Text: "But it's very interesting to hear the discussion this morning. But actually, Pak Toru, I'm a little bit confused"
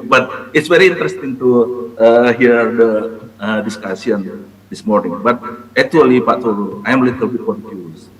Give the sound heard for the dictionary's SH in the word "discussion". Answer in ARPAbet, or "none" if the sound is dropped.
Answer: S